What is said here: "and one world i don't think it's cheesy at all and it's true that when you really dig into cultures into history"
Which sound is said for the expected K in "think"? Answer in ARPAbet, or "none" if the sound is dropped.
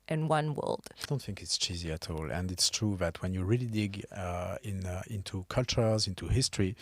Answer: K